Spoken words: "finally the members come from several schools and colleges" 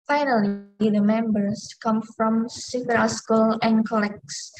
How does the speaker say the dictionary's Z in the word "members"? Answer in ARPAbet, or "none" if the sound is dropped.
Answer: S